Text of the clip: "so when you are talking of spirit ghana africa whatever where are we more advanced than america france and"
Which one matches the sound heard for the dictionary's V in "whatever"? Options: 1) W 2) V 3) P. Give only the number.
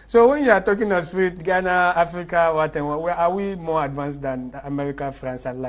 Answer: 1